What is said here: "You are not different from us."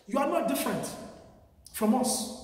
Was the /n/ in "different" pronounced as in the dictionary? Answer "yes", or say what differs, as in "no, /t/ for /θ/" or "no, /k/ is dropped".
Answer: yes